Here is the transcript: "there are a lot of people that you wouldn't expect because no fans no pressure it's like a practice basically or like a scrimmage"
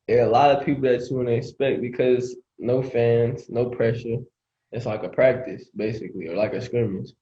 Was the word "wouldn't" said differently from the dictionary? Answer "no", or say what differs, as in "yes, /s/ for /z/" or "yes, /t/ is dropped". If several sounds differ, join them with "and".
yes, /t/ is dropped